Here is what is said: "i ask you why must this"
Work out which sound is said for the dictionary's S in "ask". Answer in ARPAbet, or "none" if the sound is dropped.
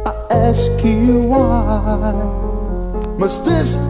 S